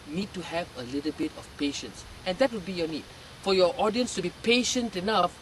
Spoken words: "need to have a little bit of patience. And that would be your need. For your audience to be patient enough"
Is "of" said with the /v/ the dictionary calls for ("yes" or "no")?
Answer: no